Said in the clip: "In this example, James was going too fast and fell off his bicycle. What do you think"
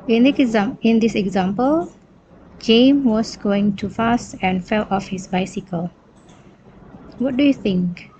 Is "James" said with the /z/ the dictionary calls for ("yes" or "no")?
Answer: no